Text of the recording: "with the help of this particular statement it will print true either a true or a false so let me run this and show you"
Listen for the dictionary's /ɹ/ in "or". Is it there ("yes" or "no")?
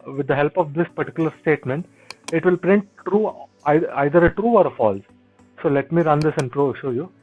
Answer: yes